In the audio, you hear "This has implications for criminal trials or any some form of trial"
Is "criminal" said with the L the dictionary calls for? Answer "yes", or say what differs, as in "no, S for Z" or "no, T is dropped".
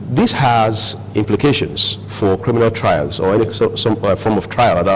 yes